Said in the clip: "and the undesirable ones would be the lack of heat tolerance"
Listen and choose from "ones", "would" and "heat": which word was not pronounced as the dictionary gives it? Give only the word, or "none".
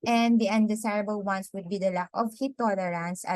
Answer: ones